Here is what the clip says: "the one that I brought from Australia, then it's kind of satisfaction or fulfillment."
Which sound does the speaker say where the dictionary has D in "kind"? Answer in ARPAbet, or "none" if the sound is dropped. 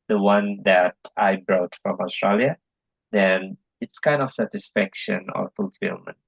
D